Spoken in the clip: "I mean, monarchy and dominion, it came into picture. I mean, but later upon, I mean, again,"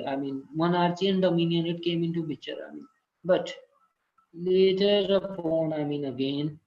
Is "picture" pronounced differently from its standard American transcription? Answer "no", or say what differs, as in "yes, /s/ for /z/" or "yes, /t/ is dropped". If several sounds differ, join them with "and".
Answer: yes, /b/ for /p/ and /k/ is dropped